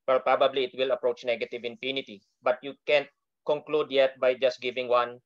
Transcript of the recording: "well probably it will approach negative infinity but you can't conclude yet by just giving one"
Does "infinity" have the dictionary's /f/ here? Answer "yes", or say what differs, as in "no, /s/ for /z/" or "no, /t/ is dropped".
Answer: no, /p/ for /f/